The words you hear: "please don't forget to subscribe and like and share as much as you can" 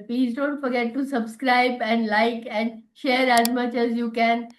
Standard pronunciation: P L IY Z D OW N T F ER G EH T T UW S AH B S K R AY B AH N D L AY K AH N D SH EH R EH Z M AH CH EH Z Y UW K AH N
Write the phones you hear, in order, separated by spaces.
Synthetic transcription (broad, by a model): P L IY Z D OW N T F ER G EH T T UW S AH B S K R AY B AH N D L AY K AH N D SH EH R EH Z M AH CH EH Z Y UW K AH N